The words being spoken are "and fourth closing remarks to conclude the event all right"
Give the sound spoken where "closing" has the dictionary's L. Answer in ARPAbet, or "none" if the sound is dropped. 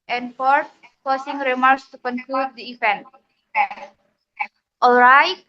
none